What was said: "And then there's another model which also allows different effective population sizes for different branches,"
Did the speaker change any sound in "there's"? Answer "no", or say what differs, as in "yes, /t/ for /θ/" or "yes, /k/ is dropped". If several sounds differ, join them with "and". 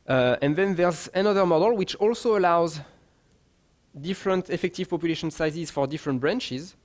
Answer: no